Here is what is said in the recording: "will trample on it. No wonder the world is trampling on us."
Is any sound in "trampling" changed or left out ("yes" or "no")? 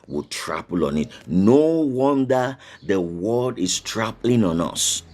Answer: yes